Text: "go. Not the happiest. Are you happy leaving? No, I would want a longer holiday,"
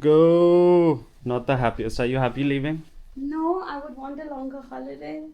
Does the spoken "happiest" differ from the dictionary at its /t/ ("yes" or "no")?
yes